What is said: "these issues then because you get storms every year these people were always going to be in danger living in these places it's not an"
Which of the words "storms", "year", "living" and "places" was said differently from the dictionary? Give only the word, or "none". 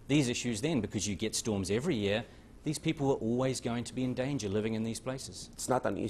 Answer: none